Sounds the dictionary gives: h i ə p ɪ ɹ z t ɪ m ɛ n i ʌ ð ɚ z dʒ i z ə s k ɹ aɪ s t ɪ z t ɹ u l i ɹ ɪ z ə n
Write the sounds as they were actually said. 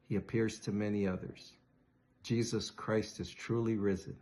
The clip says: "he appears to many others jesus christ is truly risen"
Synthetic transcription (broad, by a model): h i ə p ɪ ɹ z t ɪ m ɛ n i ʌ ð ɚ z dʒ i z ə s k ɹ aɪ s t ɪ z t ɹ u l i ɹ ɪ z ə n